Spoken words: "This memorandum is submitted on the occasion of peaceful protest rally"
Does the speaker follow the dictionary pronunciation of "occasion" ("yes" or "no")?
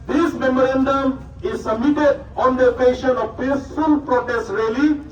no